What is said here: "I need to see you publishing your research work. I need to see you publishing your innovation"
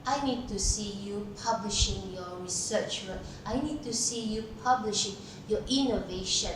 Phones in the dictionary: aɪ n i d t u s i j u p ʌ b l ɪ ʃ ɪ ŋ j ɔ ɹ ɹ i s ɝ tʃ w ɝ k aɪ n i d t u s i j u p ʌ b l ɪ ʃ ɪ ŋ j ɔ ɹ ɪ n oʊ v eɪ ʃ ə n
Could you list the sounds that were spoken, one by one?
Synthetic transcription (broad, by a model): aɪ n i d t u s i j u p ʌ b l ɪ ʃ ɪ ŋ j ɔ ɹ ɹ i s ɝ tʃ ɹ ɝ aɪ n i d t u s i j u p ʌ b l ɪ ʃ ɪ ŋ j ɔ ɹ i n oʊ v eɪ ʃ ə n